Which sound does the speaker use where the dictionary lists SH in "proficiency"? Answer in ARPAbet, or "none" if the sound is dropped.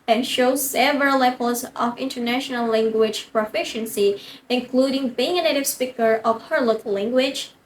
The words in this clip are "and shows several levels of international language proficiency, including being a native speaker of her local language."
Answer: SH